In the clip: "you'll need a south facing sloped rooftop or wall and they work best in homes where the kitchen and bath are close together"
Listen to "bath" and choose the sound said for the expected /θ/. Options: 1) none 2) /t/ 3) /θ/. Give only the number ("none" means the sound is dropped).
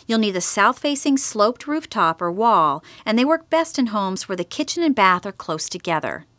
3